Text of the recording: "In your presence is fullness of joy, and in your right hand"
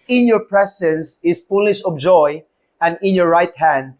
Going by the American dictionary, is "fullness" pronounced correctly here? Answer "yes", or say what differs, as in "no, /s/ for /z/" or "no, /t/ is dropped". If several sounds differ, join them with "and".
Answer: no, /n/ is dropped and /ʃ/ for /s/